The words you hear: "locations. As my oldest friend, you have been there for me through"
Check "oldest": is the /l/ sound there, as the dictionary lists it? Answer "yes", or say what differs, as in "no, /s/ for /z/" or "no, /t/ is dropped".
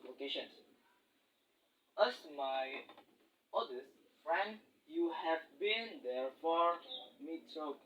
no, /l/ is dropped